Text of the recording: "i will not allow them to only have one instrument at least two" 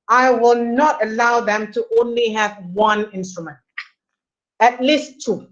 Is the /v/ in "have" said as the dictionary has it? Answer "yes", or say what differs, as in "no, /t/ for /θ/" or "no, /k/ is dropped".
yes